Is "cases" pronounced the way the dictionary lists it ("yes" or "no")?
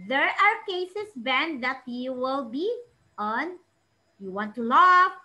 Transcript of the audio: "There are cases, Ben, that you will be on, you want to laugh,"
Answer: no